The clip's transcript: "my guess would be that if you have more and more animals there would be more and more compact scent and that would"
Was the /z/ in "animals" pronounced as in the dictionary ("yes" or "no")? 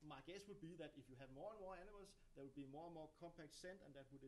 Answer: no